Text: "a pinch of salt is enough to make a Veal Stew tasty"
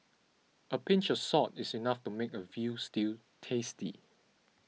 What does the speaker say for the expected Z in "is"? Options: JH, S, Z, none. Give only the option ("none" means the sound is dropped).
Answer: S